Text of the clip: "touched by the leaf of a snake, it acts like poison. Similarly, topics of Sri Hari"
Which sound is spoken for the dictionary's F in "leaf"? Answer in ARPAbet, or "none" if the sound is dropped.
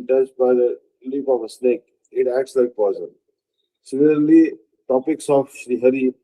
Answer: P